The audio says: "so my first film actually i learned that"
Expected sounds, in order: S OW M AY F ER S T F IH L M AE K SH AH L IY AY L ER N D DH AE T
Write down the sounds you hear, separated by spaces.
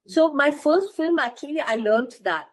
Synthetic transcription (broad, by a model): S OW M AY F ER S T F IH L M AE K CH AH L IY AY L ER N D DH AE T